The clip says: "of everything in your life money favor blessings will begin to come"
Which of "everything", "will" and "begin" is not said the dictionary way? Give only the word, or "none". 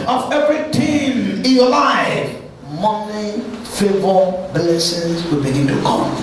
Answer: everything